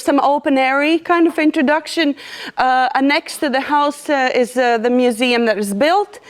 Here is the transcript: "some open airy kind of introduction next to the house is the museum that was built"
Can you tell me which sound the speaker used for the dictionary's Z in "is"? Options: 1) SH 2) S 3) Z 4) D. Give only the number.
3